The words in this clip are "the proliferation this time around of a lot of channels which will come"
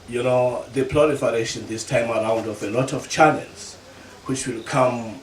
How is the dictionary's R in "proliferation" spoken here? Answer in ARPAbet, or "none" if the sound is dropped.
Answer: L